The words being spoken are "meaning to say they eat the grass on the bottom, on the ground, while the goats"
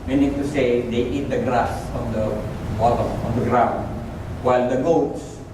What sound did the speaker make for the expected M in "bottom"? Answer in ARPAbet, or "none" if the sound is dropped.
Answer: none